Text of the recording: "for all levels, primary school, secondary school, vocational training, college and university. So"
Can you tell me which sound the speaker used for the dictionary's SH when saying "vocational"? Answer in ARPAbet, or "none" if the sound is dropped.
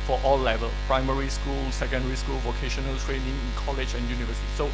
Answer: SH